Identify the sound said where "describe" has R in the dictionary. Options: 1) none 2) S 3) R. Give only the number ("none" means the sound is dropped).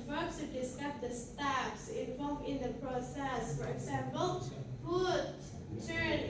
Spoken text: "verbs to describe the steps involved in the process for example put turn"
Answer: 1